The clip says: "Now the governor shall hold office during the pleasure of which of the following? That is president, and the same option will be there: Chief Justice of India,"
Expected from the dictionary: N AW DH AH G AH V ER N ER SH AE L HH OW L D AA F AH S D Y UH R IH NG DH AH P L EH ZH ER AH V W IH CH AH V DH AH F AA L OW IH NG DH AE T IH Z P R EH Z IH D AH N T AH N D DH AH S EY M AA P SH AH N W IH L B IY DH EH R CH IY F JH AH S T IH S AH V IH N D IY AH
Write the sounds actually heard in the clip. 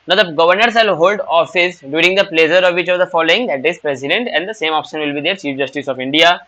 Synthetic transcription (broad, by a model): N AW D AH G AH V ER N ER S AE L HH OW L D AA F AH S D Y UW R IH NG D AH P L EH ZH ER AH V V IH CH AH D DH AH F AA L OW IH NG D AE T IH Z P R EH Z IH D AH N T AH N D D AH S EY M AA P SH AH N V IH L B IY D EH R CH IY F JH AH S T IH S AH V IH N D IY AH